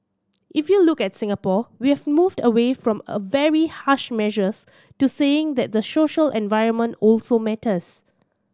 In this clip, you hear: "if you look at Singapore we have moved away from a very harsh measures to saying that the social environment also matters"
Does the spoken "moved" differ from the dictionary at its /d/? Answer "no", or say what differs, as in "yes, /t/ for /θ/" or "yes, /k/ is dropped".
no